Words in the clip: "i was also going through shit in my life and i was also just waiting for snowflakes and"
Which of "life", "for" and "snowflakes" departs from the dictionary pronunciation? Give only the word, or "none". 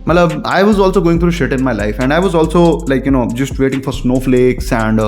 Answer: none